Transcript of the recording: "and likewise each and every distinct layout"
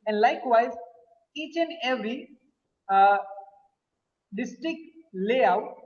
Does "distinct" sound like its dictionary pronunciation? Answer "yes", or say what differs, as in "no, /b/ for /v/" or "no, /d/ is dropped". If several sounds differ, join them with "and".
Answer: no, /ŋ/ is dropped